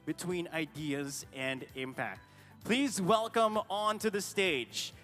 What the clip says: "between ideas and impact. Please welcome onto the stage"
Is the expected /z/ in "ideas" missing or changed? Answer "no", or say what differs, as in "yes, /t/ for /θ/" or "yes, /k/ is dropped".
no